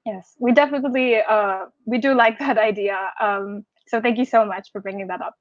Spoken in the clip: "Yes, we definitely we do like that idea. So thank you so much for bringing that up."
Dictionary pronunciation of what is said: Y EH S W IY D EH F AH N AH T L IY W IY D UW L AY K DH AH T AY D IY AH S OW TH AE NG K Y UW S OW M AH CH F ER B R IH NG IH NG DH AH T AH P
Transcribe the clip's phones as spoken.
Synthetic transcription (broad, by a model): Y EH S W IY D EH F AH N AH T L IY W IY D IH L AY K DH AH T AY D IY AH S OW TH AE NG K Y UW S OW M AH CH F ER B R IH NG IH NG DH AH T AH P